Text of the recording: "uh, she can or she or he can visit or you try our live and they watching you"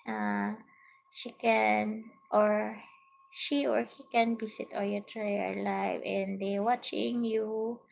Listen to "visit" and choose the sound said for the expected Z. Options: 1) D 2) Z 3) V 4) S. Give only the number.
4